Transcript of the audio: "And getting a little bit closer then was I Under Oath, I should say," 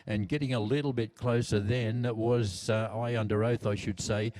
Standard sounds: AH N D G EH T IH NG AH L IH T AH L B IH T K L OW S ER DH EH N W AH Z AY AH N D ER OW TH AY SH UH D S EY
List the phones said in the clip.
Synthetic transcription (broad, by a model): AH N G EH T IH NG AH L IH T L B IH T K L OW S ER DH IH N W AH Z AY AH N D ER OW TH AY SH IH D S EY